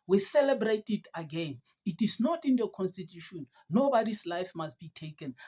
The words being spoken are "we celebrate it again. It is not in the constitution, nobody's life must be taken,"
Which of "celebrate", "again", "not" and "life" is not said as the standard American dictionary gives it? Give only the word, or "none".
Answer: none